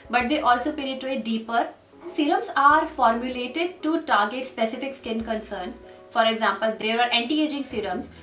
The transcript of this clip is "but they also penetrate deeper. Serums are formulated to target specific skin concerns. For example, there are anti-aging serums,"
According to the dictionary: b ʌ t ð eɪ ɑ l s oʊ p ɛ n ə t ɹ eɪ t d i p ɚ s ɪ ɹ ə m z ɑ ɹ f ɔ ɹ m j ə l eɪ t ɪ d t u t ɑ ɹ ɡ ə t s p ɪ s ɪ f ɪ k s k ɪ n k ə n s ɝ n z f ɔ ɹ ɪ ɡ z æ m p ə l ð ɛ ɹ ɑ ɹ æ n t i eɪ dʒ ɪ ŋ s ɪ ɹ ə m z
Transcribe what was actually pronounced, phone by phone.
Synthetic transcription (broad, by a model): b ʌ t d eɪ ɑ l s oʊ p ɛ n ə t ɹ eɪ t d i p ɚ s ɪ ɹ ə m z ɑ ɹ f ɔ ɹ m j ə l eɪ t ɪ d t u t ɑ ɹ ɡ ə t s p ɪ s ɪ f ɪ k s k ɪ n k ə n s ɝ n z f ɔ ɹ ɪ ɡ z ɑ m p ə l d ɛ ɹ ɑ ɹ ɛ n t i eɪ dʒ ɪ ŋ s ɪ ɹ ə m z